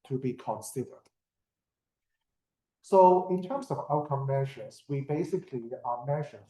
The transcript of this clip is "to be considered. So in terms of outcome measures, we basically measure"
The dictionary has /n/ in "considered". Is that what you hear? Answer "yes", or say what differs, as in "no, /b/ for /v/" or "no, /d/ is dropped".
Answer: yes